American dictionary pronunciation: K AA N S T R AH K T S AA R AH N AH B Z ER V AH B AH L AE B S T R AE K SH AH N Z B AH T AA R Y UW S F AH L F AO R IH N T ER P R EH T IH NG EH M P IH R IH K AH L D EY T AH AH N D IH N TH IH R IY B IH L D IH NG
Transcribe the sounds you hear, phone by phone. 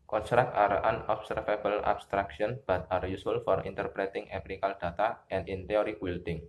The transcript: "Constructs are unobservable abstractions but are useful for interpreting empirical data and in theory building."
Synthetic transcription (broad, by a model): K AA N S T R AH K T AA R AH N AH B S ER F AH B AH L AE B S T R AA K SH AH N B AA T AA R Y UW S AH L F AO R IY N T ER P R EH T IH NG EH P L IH K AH L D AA T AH AH N D IH N T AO R IY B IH L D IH NG